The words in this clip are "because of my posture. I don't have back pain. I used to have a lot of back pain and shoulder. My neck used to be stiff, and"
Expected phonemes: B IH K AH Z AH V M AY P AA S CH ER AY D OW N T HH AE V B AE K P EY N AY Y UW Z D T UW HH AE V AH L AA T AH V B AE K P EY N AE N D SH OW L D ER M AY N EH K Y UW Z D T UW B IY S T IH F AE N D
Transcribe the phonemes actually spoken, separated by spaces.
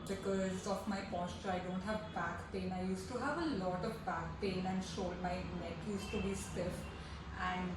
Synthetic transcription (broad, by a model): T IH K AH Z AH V M AY P AA S CH ER AY D OW N T HH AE V B AE K P EY N AY Y UW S T UW HH AE V AH L AA T AH V B AE K P EY N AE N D SH OW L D M AY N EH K Y UW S T UW B IY S T IH F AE N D